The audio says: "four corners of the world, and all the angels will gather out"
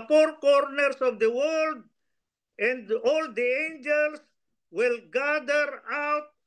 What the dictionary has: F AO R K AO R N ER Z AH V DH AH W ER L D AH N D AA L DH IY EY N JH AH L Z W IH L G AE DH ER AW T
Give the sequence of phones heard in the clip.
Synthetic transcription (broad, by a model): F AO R K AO R N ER S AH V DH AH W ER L D AH N D AA L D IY EY N JH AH L S W IH L G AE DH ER AW T